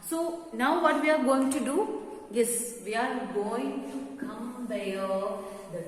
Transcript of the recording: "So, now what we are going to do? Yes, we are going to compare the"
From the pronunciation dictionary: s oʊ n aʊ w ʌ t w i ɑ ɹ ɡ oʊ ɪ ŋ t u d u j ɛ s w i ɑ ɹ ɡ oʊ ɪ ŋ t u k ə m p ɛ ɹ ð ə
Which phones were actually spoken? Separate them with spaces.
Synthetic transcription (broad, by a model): s oʊ n aʊ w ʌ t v i ɑ ɹ ɡ oʊ ɪ ŋ t u d u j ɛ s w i ɑ ɹ ɡ oʊ ɪ ŋ t u k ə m b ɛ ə